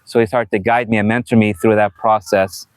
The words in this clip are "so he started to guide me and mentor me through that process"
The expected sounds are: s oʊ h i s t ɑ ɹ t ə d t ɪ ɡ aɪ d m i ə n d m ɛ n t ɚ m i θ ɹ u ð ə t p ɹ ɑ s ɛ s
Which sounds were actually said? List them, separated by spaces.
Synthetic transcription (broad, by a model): s oʊ h i s t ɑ ɹ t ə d t ɪ ɡ aɪ d m i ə m ɛ n t ɚ m i θ ɹ u ð ə t p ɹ ɑ s ɛ s